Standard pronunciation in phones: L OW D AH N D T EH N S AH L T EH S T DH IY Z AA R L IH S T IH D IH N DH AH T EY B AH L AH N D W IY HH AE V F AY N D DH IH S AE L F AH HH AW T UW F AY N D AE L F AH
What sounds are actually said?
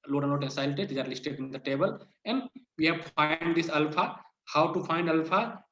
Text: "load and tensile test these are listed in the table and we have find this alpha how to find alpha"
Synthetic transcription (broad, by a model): L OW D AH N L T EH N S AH L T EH T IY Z AA R L IH S T IH D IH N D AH T EY B AH L AH N D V IY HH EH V F AY N D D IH S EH L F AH HH AW T UW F AY N D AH L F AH